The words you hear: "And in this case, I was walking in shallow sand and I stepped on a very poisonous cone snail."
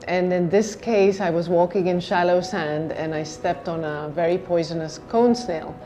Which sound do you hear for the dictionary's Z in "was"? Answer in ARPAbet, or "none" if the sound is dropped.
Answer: Z